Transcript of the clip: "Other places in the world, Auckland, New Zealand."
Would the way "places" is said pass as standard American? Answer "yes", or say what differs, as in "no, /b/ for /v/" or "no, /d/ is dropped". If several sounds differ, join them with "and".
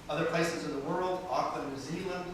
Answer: yes